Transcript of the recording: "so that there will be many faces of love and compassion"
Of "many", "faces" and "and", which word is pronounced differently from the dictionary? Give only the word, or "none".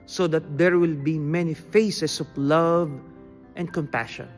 faces